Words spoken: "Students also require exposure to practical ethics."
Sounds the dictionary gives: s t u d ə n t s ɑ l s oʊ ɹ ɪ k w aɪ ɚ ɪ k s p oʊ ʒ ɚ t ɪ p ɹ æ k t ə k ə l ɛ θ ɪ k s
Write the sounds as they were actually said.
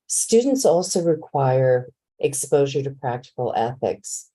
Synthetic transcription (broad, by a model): s t u d n t s ɑ l s oʊ ɹ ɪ k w aɪ ɚ ɪ k s p oʊ ʒ ɚ t ɪ p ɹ æ k t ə k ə l ɛ θ ɪ k s